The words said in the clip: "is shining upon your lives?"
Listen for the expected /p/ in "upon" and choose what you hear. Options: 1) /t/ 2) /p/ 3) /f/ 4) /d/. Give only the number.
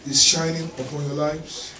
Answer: 2